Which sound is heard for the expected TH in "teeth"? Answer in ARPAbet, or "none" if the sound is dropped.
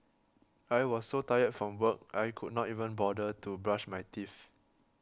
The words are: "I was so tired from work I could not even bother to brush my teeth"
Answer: F